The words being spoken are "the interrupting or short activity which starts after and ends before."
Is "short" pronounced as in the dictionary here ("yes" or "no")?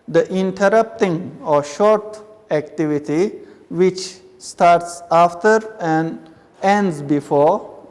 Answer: yes